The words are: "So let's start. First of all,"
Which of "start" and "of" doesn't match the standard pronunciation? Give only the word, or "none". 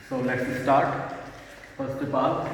of